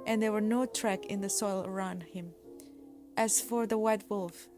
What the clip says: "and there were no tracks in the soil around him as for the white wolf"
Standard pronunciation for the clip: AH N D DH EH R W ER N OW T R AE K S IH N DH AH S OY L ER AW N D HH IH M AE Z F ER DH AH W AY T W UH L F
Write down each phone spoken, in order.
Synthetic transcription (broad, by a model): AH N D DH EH R W ER N OW T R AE K IH N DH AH S OY L ER AW N D HH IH M AE Z F ER DH AH W AY T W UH L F